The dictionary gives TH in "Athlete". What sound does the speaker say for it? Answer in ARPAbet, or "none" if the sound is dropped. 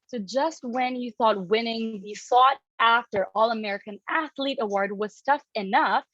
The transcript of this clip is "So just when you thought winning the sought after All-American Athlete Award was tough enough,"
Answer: TH